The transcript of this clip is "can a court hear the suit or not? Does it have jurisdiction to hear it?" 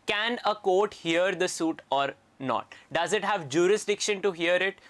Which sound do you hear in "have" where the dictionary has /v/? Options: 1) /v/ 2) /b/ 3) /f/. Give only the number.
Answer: 1